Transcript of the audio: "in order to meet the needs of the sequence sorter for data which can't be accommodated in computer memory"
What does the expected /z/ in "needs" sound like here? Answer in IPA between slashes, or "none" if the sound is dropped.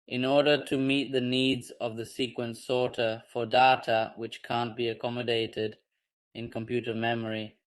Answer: /z/